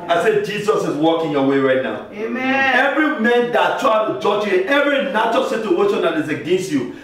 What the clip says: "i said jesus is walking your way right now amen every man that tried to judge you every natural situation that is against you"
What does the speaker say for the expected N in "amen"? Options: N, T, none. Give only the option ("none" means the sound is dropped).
none